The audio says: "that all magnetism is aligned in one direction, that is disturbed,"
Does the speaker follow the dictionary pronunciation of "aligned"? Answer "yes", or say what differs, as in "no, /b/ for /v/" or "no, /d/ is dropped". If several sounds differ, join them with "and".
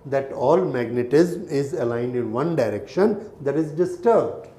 yes